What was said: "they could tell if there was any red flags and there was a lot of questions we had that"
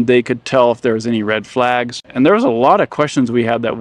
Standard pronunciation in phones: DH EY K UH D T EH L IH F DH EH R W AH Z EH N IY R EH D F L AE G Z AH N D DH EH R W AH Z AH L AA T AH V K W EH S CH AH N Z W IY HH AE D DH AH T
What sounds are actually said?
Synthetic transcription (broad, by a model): DH EY K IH D T EH L IH F DH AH R W AH Z EH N IY R EH D F L AE G Z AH N DH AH R W AH Z AH L AA T AH V K W EH S CH AH N Z W IY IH D DH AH T